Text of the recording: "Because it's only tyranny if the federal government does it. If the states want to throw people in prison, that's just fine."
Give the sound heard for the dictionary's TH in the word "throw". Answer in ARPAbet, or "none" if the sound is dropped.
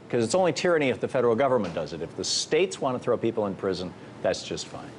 TH